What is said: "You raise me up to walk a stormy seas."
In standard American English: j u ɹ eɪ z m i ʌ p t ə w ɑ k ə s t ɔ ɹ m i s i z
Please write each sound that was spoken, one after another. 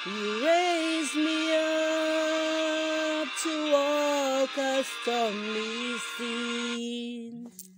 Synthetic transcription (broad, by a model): j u ɹ eɪ z m i ʌ p t ə w ɑ k ə s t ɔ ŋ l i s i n